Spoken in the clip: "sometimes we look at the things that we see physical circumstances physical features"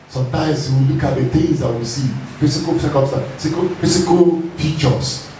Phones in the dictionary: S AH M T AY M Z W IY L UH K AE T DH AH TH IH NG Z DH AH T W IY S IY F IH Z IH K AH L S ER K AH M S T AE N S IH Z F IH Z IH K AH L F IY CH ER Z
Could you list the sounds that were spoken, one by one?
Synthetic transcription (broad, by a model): S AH M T AY M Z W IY L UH K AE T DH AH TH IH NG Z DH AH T W IY S IY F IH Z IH K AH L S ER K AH S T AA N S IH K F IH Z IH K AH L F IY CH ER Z